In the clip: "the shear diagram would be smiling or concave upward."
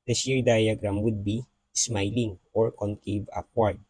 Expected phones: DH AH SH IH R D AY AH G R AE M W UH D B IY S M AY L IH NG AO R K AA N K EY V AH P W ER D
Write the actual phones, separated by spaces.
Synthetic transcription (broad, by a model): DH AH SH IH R D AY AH G R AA M W UH D B IY S M AY L IH NG AO R K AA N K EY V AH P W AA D